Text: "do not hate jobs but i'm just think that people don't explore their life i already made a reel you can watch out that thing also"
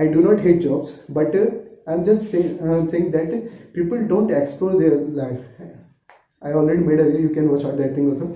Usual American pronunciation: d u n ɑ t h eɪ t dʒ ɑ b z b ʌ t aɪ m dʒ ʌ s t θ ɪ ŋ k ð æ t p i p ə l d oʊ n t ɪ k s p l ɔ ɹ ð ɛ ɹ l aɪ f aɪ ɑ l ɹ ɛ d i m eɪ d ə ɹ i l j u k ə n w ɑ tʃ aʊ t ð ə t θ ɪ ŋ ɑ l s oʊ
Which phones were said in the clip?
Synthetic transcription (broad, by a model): d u n ɑ t h eɪ t dʒ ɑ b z b ʌ t aɪ m dʒ ʌ s t s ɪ ŋ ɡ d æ t p i p ə l d oʊ n t ɪ k s p l ɔ ɹ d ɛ ɹ l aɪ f aɪ ɑ l ɹ ɛ d i m eɪ d ə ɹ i j u k ə n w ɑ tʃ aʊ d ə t t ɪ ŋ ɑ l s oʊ